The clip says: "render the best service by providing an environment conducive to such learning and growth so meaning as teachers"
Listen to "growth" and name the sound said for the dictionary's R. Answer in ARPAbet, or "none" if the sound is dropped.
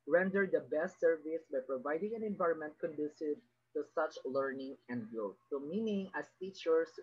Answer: none